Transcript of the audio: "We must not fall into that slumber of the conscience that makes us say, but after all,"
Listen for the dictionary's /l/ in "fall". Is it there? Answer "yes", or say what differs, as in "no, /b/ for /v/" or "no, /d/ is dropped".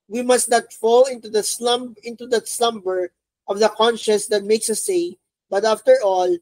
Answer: yes